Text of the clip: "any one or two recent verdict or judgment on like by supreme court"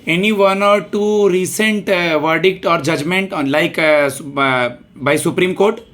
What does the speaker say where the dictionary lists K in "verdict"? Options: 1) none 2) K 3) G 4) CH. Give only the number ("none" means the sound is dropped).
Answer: 2